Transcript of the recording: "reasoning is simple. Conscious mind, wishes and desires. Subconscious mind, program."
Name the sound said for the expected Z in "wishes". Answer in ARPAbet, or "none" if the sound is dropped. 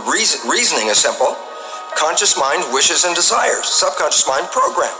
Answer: Z